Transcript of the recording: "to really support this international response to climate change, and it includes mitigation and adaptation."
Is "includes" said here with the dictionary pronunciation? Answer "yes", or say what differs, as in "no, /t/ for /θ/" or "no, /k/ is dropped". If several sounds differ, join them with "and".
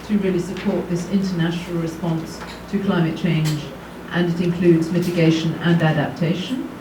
yes